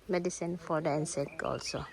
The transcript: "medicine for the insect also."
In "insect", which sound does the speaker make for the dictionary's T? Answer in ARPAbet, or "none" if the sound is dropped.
none